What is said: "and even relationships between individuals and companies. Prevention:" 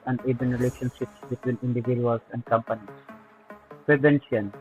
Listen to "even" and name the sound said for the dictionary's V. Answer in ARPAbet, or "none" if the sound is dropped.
B